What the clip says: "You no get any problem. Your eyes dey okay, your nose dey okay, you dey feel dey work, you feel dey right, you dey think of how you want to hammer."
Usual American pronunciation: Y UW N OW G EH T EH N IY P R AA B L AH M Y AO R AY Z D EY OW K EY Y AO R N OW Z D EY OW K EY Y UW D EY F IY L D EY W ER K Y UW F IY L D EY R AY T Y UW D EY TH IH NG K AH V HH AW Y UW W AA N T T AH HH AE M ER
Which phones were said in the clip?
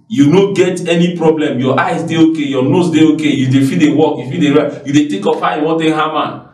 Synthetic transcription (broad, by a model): Y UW N OW G EH T EH N IY P R AA B L AH M Y AO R AY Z D EY OW K EY Y AO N OW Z D EY OW K EY Y UW D EY F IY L D EY W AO K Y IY F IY D EY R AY Y UW D EY T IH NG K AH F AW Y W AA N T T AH HH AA M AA